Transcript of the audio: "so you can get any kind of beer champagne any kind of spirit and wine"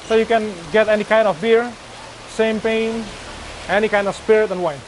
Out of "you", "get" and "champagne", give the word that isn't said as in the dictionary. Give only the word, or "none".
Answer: champagne